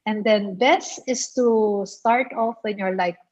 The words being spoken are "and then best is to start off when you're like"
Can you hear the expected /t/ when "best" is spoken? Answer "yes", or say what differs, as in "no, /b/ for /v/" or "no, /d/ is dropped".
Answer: no, /t/ is dropped